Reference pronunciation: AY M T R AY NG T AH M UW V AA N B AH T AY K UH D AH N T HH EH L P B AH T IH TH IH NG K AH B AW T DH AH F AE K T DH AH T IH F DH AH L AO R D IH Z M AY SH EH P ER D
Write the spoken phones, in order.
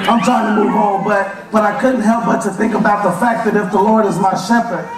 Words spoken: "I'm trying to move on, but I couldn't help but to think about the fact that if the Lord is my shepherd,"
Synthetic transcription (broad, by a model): AY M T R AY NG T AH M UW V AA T B AH T AY K UH D N T HH EH L P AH T IH TH IH NG K AH B AW T DH AH F AE K DH AH T IH F DH AH L AO R D IH Z M AY SH EH P ER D